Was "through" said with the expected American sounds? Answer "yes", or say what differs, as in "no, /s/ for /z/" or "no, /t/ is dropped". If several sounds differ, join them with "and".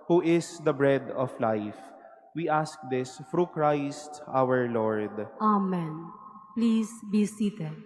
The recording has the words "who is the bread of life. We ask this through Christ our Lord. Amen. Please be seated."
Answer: no, /f/ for /θ/